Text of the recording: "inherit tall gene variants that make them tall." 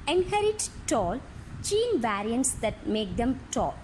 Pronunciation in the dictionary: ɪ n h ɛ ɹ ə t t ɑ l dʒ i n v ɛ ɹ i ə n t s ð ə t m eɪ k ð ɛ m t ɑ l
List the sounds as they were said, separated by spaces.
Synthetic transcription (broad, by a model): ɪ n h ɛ ɹ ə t t ɑ l tʃ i n v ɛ ɹ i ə n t s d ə t m eɪ k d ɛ m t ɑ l